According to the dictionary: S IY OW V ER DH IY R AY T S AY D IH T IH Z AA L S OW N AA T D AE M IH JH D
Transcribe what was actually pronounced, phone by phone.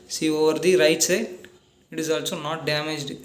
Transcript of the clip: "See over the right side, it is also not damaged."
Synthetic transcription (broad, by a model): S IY OW V ER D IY R AY T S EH IH T IH Z AA L S OW N AA T D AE M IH JH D